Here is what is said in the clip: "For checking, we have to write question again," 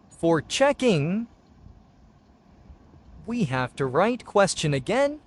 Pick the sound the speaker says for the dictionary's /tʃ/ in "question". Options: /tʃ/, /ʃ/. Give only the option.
/tʃ/